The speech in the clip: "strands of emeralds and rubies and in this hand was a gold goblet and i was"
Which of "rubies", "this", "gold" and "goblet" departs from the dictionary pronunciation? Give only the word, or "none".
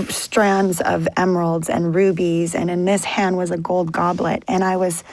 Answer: none